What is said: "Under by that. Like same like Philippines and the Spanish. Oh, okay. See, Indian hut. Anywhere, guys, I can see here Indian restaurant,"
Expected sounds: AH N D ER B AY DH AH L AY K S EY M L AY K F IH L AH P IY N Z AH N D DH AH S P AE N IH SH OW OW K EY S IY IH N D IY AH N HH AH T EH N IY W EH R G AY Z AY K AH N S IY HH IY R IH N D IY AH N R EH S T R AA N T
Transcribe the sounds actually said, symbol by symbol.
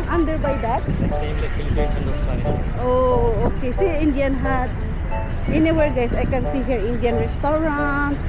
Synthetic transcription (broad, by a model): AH N D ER B AY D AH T S EY M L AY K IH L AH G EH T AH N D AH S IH OW OW K EY S IY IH N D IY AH N HH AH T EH N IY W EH R G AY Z AY K AH N S IY HH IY R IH N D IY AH N R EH S T R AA N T